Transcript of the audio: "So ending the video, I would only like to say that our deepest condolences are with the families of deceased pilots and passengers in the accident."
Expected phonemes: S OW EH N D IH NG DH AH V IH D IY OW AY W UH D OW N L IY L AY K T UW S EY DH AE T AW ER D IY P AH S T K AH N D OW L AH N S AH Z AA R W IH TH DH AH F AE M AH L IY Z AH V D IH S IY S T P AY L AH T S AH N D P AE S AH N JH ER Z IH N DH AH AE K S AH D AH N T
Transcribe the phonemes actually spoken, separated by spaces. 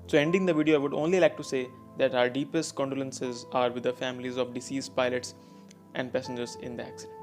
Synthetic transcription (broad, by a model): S OW EH N D IH NG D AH V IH D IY OW AY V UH D OW N L IY L AY K T UW S EY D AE T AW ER D IY P AH S T K AH N D OW L AH N S AH Z AA R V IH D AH F AE M AH L IY Z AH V D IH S IY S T P AY L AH T S AH N D P AE S AH N JH ER Z IH N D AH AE K S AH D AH N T